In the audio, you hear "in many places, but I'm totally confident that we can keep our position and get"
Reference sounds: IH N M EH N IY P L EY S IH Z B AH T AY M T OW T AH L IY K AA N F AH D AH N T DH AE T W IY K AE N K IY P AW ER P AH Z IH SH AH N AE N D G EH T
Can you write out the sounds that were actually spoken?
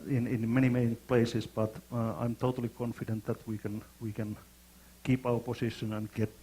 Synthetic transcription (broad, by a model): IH N M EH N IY P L EY S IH S B AH T AY M T OW T AH L IY K AA N F AH D AH N T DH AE T W IY K AE N K IY P AW ER P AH S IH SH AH N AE N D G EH T